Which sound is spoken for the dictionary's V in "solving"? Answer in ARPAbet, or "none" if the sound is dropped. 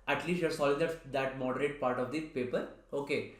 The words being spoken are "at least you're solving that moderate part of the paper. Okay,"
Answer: none